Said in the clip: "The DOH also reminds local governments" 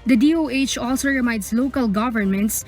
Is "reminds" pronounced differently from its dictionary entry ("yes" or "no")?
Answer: yes